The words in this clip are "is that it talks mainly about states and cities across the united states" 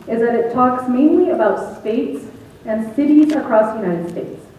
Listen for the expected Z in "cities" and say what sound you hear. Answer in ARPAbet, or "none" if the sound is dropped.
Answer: Z